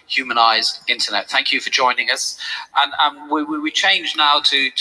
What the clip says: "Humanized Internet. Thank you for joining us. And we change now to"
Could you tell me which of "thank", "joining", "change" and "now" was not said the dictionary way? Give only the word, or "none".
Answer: none